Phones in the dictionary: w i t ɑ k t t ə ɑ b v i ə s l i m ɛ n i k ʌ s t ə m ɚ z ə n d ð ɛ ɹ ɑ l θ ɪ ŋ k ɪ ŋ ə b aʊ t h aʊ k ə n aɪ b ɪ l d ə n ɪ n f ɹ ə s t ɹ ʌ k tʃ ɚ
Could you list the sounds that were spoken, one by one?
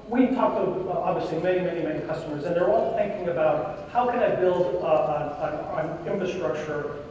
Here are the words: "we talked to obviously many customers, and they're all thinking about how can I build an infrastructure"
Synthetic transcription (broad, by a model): w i t ɑ k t t ə ɑ b v i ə s l i m ɛ n i k ʌ s t ə m ɚ z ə n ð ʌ ɹ ɑ l θ ɪ ŋ k ɪ ŋ ə b aʊ t h aʊ k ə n aɪ b ɪ l d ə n ɪ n f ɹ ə s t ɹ ʌ k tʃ ɚ